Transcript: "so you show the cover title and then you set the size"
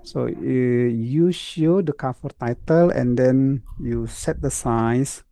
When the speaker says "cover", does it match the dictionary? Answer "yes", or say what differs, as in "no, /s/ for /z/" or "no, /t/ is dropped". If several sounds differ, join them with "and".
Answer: no, /f/ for /v/